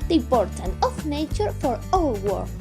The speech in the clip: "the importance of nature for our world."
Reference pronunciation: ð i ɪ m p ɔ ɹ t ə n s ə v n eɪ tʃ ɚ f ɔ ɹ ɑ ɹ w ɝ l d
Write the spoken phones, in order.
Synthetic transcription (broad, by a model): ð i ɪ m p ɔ ɹ t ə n ə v n eɪ tʃ ɚ f ɔ ɹ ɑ l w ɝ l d